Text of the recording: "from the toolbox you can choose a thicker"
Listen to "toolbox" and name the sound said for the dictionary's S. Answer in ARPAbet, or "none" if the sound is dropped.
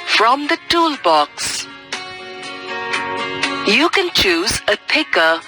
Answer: S